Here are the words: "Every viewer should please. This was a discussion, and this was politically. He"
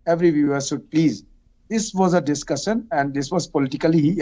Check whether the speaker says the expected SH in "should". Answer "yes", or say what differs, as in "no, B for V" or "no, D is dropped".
no, S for SH